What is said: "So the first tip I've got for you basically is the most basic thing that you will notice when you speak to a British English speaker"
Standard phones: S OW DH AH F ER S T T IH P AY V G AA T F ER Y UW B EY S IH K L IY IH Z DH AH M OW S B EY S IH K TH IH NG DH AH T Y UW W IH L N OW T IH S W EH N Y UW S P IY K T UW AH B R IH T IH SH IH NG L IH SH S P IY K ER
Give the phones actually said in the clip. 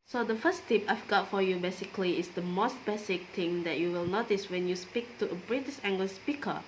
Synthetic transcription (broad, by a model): S OW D AH F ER S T T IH P AY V G AA T F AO Y UW B EY S IH K L IY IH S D AH M OW S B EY S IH K T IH NG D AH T Y UW W IH L N OW T IH S W EH N Y UW S P IY K T UW AH B R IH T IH S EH NG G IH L S P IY K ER